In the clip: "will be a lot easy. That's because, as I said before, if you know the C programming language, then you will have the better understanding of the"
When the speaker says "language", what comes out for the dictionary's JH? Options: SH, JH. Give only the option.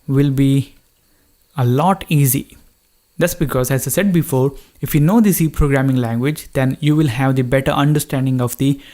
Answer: JH